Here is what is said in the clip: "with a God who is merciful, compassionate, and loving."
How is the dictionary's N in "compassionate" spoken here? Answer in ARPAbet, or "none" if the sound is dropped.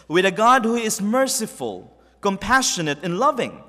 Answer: N